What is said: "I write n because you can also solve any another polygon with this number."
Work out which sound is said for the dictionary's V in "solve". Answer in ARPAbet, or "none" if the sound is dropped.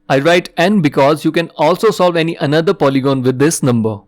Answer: V